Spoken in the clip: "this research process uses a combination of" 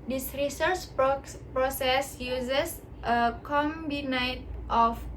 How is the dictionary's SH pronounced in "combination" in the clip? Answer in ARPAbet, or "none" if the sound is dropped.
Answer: none